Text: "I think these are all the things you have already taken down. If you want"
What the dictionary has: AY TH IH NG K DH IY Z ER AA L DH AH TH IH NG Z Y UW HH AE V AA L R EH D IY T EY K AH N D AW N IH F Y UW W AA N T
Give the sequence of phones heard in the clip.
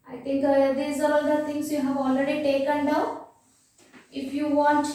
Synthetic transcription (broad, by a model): AY T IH NG K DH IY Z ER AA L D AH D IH NG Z Y UW HH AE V AA L R EH D IY T EY K AH N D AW IH F Y UW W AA N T